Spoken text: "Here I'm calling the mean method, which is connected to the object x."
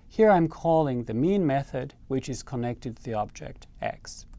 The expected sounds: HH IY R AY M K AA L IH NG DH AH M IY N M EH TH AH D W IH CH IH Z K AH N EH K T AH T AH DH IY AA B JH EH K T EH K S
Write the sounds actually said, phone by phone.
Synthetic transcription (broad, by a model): HH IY R AY M K AA L IH NG DH AH M IY N M EH TH AH D W IH CH IH Z K AH N EH K T AH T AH DH IY AA B JH EH K T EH K S